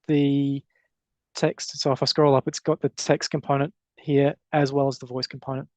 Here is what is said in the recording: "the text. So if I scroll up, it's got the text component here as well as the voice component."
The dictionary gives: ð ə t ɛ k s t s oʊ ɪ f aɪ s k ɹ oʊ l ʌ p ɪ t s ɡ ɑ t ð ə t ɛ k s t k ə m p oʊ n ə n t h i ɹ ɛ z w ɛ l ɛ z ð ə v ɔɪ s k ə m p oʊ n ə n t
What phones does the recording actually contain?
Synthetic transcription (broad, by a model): ð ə t ɛ k s t s oʊ ɪ f aɪ s k ɹ oʊ l ʌ p ɪ t s ɡ ɑ t ð ə t ɛ k s t k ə m p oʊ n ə n t h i ɹ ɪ z w ɛ l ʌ z ð ə v ɔɪ s k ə m p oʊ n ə n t